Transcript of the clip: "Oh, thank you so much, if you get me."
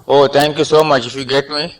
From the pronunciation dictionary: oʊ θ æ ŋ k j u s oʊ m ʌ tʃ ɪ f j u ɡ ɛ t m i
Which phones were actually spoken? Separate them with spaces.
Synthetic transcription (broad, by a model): oʊ t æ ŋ k j u s oʊ m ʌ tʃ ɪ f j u ɡ ɛ t m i